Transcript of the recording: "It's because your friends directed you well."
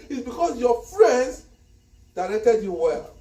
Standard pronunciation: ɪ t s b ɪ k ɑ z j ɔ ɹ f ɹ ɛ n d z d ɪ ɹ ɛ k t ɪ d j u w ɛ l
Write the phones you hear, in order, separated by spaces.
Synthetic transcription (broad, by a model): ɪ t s b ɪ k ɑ s j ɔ f ɹ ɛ n d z d ɪ ɹ ɛ k t ɪ d j u w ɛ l